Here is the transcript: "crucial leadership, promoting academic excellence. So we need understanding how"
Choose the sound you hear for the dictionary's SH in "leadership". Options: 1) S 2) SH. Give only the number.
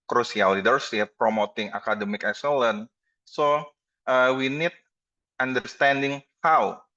1